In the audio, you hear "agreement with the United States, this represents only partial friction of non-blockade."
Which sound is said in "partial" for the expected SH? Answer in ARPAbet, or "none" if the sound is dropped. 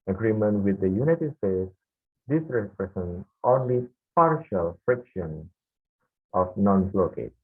SH